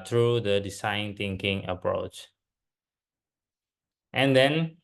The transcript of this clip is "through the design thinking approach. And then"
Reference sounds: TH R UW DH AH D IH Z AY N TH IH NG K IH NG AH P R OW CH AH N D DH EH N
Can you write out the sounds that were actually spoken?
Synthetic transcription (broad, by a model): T R UW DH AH D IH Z AY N T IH NG K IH NG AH P R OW CH AH N D EH N